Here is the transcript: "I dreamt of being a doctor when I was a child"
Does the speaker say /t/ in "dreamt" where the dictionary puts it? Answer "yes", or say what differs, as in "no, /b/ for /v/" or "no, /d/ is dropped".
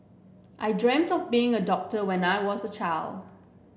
yes